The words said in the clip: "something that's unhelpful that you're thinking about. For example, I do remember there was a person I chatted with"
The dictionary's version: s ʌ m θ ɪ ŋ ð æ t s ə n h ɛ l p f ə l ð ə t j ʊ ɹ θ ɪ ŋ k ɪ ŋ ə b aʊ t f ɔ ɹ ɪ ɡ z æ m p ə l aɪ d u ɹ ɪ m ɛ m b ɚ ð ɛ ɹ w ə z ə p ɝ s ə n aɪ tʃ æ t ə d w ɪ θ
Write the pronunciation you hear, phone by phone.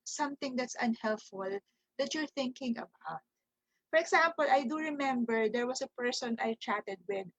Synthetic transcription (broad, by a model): s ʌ m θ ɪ ŋ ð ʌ t s ə n h ɛ l p f ə l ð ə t j ʊ ɹ θ ɪ ŋ k ɪ ŋ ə b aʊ t f ɔ ɹ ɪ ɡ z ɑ m p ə l aɪ d u ɹ ɪ m ɛ m b ɚ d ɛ ɹ w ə s ə p ɝ s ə n aɪ tʃ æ t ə d w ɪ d